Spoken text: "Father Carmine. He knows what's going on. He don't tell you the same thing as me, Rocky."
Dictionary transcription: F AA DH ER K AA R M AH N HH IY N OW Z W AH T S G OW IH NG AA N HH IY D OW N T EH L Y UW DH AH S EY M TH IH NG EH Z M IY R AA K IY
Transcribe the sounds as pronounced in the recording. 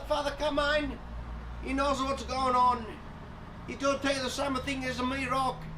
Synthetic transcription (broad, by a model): F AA DH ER K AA M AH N HH IY N OW Z W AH T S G OW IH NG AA N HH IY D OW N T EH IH DH AH S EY M TH IH NG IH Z M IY R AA K